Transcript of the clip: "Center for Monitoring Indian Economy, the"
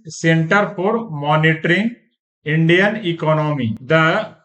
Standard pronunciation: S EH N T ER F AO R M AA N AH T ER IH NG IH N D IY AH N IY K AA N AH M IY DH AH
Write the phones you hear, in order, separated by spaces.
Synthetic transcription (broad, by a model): S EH N T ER P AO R M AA N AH T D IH NG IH N D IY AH N IY K AA N AH M IY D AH